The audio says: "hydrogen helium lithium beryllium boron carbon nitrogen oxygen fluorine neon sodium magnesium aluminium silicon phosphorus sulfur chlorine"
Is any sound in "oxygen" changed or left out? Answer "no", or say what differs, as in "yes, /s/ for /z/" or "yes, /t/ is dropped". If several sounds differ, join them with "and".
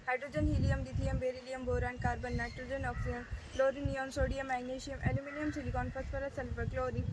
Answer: yes, /dʒ/ is dropped